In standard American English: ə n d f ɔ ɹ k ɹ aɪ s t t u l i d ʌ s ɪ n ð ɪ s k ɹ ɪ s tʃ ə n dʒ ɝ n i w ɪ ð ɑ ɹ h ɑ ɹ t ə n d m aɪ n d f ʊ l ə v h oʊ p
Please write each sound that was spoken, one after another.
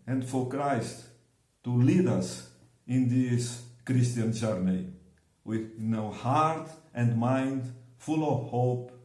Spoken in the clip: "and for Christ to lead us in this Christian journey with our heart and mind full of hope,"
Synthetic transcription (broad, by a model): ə n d f ɔ ɹ k ɹ aɪ s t t u l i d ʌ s ɪ n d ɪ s k ɹ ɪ s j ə n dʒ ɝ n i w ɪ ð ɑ w h ɑ ɹ t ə n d m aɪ n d f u l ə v h oʊ p